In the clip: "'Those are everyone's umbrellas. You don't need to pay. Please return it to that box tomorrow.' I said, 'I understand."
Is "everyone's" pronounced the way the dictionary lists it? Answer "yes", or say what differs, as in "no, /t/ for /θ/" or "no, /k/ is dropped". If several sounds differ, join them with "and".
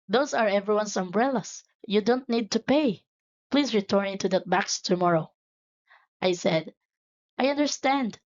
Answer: no, /s/ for /z/